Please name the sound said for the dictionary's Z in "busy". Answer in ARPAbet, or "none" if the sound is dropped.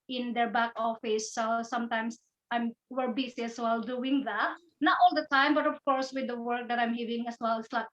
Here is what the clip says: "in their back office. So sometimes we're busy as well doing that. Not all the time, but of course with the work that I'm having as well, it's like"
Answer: S